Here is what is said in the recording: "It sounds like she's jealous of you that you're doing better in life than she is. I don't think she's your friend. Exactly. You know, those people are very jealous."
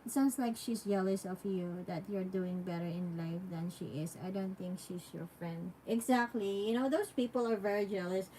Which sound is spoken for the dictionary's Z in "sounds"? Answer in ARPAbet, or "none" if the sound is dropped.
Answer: S